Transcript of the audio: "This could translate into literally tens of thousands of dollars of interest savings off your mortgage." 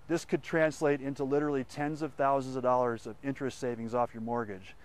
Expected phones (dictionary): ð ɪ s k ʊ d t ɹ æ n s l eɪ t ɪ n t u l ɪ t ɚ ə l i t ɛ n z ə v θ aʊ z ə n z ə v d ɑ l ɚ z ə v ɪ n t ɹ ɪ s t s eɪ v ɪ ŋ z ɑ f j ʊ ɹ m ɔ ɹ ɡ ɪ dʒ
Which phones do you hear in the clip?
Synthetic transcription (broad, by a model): ð ɪ s k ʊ d t ɹ æ n s l eɪ t ɪ n t u l ɪ t ɚ l i t ɛ n z ə v θ aʊ z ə n z ə v d ɑ l ɚ z ə v ɪ n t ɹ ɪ s t s eɪ v ɪ ŋ z ɑ f j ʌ ɹ m ɔ ɹ ɡ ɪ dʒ